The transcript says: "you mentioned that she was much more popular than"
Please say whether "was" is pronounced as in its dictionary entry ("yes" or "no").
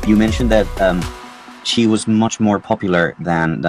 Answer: yes